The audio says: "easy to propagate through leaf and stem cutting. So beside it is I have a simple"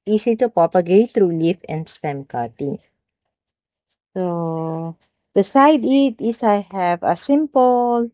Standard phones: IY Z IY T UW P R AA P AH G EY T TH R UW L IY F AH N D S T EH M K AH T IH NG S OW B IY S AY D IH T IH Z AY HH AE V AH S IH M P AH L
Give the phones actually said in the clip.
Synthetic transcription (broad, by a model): IY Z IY T UW P R AA P AH G EY T T R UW L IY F AH N D S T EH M K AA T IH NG S OW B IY S AY D IH T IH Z AY HH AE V AH S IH M P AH L